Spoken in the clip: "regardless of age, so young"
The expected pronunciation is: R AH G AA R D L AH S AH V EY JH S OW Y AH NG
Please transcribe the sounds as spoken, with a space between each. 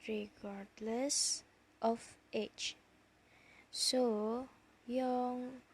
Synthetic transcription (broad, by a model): R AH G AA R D L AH S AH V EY CH S OW Y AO NG